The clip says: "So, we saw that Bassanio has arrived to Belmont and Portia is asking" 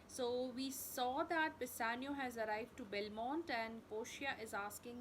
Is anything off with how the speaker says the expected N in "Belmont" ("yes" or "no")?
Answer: no